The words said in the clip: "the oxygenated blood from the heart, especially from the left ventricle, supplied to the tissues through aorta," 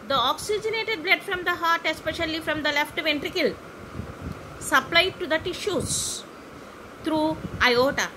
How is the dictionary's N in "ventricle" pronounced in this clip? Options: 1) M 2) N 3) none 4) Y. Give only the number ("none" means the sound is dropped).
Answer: 2